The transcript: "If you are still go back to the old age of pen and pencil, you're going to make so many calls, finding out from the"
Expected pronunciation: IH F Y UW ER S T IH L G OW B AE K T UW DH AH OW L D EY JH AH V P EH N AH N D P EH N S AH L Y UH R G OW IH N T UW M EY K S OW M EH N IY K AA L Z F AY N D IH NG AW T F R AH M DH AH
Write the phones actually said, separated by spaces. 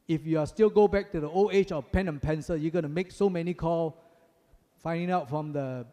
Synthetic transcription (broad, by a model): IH F Y UW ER S T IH L G OW B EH K T UW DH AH OW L EY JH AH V P EH N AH N P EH N S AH Y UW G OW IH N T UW M EY K S OW M EH N IY K AA L F AY N D IH NG AW T F R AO M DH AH